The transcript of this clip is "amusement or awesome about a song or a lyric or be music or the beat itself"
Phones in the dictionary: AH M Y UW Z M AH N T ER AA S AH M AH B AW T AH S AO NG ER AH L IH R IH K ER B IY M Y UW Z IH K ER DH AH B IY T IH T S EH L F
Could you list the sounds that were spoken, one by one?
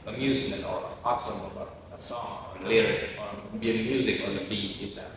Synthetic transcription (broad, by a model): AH M Y UW Z M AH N T ER AA S AH M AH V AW AH S AO NG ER AH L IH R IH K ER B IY M Y UW Z IH K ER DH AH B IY IH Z